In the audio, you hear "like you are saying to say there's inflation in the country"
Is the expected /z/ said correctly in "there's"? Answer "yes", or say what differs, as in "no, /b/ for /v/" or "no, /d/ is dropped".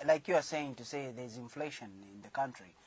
yes